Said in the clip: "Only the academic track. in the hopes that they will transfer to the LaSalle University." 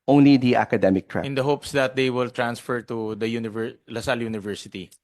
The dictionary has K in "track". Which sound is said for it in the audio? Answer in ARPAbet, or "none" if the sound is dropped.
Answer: none